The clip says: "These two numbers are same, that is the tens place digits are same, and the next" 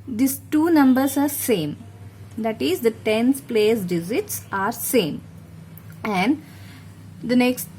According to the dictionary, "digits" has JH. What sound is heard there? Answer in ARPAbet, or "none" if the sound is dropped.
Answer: Z